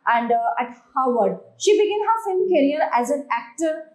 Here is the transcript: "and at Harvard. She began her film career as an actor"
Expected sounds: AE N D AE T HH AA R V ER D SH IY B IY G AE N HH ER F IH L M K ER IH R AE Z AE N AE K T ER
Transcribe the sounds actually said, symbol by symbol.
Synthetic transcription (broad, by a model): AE N D AE T HH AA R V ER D SH IY B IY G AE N HH ER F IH M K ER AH R AE Z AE N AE K T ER